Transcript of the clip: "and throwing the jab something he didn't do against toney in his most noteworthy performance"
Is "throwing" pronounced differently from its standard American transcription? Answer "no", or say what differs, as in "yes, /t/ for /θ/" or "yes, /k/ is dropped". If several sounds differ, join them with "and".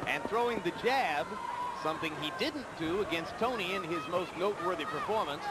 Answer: no